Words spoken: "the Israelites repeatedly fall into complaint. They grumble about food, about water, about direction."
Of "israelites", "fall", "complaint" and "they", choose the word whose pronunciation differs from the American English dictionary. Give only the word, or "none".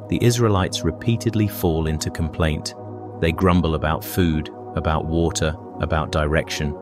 none